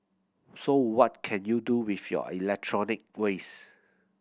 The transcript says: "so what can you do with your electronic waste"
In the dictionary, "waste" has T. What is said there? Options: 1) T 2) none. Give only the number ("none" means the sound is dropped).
2